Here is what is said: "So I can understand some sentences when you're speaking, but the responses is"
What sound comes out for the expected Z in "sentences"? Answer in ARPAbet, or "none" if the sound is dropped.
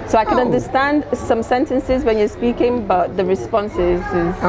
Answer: Z